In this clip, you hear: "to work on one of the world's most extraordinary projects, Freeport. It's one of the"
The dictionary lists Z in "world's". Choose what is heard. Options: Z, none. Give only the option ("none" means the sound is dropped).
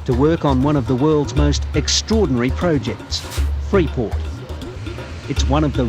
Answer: Z